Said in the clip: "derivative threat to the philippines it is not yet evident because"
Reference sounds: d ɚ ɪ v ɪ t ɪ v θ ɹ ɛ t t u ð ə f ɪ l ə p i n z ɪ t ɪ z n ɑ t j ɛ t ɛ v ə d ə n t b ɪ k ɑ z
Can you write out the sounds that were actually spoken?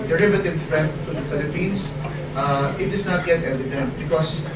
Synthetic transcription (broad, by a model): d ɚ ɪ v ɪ t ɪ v f ɹ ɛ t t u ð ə f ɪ l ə p i n s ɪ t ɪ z n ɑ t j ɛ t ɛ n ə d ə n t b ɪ k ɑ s